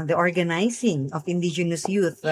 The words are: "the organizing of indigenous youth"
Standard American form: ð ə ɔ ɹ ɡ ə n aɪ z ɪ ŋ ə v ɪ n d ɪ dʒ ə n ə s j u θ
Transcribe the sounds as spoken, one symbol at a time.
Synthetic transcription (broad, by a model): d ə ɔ ɹ ɡ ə n aɪ s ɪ ŋ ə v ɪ n d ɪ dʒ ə n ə s j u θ